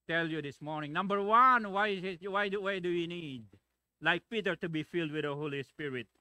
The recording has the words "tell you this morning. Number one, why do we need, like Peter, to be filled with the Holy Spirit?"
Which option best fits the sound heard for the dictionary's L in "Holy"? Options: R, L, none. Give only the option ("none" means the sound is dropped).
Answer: L